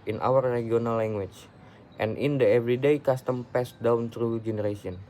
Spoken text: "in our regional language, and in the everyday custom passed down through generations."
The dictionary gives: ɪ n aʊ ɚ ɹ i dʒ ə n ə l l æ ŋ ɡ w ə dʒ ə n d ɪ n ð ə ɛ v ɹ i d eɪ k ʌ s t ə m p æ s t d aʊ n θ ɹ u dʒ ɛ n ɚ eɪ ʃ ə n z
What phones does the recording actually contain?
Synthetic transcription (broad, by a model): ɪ n aʊ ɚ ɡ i ə n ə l l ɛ ŋ ɡ w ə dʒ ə n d ɪ n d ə ɛ v ɹ i d eɪ k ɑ s t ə m p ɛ s d aʊ n t ɹ u dʒ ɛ n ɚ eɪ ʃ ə n